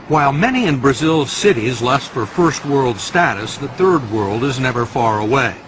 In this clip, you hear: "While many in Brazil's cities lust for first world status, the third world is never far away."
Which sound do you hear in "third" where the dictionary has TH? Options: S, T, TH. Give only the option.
TH